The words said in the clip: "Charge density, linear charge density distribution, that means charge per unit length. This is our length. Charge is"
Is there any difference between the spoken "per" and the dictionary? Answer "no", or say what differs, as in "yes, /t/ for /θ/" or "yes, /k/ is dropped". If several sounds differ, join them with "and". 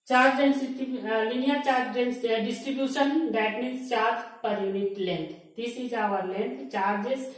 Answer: no